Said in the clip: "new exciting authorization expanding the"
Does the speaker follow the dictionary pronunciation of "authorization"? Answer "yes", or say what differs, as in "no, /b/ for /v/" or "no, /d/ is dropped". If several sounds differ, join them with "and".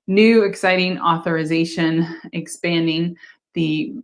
yes